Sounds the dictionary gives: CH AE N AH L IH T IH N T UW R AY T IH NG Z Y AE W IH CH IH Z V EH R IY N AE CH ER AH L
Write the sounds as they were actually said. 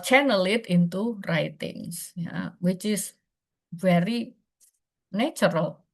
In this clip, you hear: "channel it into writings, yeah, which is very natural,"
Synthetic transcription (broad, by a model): CH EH N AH L IH T IH N T UW R AY T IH NG S Y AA W IH CH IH S V EH R IY N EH CH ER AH L